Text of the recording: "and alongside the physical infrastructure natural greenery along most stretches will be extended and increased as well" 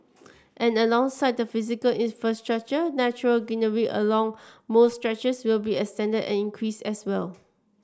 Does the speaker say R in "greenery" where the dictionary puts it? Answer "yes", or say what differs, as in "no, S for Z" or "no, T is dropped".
no, R is dropped